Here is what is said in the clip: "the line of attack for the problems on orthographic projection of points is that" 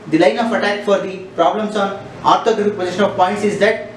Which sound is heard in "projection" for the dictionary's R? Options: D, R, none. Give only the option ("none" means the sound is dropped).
none